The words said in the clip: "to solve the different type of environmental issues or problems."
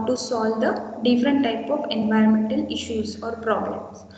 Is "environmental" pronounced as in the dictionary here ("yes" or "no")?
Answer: yes